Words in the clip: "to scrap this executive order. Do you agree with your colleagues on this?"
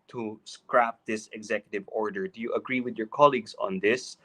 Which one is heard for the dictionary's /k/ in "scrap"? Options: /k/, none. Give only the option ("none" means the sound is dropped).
/k/